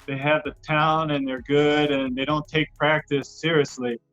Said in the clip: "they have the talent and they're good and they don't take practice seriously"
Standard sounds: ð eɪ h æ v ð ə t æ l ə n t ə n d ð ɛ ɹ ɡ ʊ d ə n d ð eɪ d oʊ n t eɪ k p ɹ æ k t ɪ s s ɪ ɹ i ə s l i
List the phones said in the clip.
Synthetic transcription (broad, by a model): ð eɪ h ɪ v ð ə t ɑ ə n ə n ð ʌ ɹ ɡ ʊ d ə n ð eɪ d oʊ n t eɪ k p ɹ æ k t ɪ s s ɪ ɹ i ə s l i